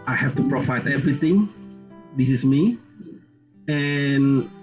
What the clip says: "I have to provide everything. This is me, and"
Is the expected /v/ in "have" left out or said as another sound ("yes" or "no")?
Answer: yes